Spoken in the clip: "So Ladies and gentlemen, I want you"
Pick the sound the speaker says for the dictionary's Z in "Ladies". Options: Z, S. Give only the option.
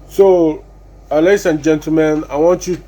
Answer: S